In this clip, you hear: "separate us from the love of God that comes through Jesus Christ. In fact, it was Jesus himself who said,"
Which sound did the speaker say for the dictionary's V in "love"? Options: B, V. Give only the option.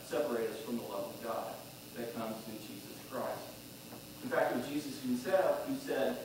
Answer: V